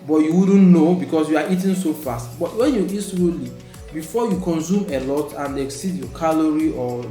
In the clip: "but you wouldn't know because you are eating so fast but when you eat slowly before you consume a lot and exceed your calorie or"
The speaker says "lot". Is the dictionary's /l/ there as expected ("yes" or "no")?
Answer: yes